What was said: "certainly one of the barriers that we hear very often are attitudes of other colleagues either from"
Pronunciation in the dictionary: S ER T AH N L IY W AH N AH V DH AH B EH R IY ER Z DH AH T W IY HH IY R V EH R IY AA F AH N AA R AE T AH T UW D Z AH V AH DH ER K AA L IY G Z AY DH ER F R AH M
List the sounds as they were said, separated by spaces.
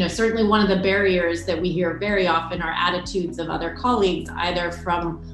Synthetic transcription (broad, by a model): S ER T N L IY W AH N AH V DH AH B EH R IY ER Z DH AH T W IY HH IY R V EH R IY AA F AH N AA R AE T AH T UW D Z AH V AH DH ER K AA L IY G Z AY DH ER F R AH M